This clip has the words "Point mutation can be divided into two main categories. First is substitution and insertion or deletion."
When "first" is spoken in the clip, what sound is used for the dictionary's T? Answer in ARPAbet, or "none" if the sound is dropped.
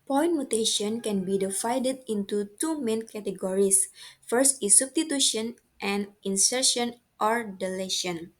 T